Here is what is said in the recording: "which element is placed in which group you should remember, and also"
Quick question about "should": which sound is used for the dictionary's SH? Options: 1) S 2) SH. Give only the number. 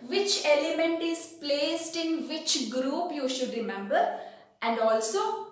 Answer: 2